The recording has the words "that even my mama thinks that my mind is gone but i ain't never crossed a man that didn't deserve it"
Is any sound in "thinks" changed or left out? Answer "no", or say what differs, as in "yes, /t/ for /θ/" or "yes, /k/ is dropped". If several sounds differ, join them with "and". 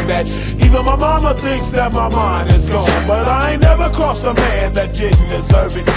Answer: no